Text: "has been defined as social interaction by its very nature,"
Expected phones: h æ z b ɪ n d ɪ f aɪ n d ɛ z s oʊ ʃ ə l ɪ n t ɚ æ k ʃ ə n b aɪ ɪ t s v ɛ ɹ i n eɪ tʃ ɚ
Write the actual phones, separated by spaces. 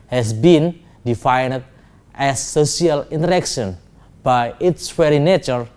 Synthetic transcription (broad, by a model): h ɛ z b ɪ n d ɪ f aɪ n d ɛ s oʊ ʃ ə l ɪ n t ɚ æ k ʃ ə n b aɪ ɪ t s f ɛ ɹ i n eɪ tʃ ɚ